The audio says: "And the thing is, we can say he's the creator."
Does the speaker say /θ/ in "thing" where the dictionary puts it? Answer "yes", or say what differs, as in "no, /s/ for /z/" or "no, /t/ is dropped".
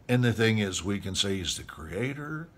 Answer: yes